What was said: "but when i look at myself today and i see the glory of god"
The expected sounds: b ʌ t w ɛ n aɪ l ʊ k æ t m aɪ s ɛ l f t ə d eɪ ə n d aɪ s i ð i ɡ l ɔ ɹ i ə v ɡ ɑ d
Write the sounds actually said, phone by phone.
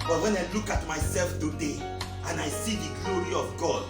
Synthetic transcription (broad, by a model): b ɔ t w ɛ n aɪ l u k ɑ t m aɪ s ɛ l f t ə d eɪ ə n aɪ s i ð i ɡ l ɔ ɹ i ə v ɡ ɑ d